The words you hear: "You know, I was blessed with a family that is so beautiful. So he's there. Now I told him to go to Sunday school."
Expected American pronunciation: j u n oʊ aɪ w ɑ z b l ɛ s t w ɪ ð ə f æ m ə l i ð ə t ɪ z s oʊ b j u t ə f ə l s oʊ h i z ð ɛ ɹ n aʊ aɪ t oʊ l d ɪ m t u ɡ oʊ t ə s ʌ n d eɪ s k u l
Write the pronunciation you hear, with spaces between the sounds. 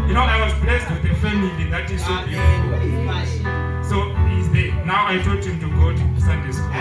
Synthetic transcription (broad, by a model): j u n oʊ aɪ w ɑ z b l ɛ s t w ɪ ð ə f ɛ m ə l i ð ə t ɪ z s oʊ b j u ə ə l s oʊ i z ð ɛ n aʊ aɪ t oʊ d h ɪ m t u ɡ oʊ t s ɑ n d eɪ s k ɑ